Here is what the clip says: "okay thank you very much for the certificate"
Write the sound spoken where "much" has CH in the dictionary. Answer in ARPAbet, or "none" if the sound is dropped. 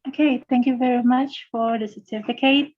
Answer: CH